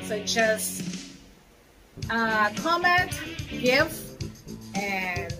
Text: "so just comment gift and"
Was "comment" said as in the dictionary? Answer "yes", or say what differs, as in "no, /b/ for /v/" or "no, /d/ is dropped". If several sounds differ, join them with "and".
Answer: yes